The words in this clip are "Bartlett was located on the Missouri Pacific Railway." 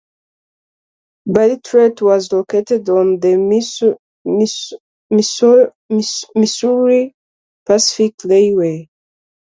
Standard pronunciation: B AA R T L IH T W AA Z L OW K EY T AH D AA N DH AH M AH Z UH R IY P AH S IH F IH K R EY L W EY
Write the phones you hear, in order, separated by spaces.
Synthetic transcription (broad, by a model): B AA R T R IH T W AA Z L OW K EY T AH D AA N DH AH M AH S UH R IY P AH S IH F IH K L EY W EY